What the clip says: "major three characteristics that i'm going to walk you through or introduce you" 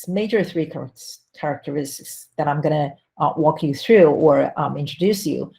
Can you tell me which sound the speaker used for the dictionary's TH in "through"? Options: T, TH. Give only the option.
TH